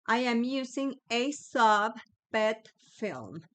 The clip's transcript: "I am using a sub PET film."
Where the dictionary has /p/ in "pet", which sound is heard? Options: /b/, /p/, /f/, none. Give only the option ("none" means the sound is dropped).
/b/